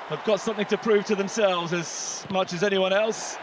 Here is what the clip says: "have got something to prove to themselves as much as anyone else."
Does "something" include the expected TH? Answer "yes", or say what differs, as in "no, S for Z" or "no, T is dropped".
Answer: yes